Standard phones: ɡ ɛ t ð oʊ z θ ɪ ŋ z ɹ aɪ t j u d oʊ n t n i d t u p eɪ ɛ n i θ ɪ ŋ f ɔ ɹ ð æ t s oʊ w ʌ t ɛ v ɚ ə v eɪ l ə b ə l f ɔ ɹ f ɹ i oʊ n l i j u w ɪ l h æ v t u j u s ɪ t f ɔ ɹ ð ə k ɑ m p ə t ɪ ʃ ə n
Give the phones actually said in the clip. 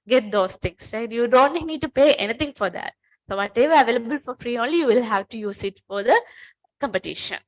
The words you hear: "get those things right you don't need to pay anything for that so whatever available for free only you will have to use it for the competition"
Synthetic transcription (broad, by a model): ɡ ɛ t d oʊ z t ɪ ŋ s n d j u d oʊ n t n i d t u p eɪ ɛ n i t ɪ ŋ f ɔ ɹ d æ t s oʊ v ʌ t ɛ v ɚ ə v eɪ l ə b ə l f ɔ ɹ f ɹ i oʊ n l i j u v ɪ l h æ v t u j u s ɪ t f ɔ ɹ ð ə k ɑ m p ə t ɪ ʃ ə n